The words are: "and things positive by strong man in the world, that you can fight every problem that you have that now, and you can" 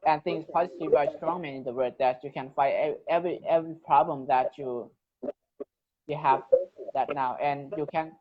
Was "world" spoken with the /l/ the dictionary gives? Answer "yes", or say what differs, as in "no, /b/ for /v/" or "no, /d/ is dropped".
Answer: no, /l/ is dropped